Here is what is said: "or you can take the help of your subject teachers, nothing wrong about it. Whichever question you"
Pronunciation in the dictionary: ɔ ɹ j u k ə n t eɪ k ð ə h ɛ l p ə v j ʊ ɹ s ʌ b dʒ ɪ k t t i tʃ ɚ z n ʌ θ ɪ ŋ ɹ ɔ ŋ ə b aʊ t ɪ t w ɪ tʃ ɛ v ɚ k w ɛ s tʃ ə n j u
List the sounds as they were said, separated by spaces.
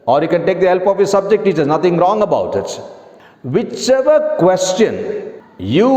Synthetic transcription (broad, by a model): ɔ ɹ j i k ə n t eɪ k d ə h ɛ l p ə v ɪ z s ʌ b dʒ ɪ k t t i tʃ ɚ n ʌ t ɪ ŋ ɹ ɔ ŋ ə b aʊ t ɪ t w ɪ tʃ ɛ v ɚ k w ɛ s tʃ ə n j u